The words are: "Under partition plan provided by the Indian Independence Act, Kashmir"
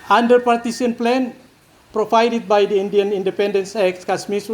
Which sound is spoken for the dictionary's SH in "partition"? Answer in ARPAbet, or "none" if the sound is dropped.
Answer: S